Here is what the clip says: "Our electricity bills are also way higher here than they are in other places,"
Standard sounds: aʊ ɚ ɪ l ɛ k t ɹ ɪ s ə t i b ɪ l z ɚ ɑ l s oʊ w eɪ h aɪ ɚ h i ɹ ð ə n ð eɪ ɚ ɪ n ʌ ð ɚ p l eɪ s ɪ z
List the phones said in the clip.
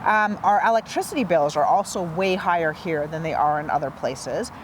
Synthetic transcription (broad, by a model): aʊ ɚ ɪ l ɛ k t ɹ ɪ s ə t i b ɪ l z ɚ ɑ l s oʊ w eɪ h aɪ ɚ h i ɹ ð ə n ð eɪ ɚ ɪ n ʌ ð ɚ p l eɪ s ɪ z